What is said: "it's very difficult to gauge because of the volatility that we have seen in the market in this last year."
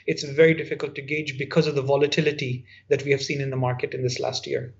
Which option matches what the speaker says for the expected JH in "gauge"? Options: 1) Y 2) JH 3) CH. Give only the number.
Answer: 2